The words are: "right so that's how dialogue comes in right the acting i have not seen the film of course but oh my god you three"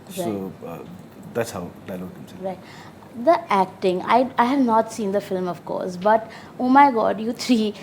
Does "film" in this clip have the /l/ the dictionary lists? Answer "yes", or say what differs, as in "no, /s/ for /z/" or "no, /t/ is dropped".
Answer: yes